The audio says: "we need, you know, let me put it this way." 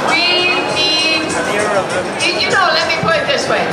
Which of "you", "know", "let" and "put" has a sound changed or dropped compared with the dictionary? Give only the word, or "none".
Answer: put